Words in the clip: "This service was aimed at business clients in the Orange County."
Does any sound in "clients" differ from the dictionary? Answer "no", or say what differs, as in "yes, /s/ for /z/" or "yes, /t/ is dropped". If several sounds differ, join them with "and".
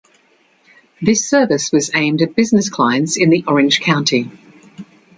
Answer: no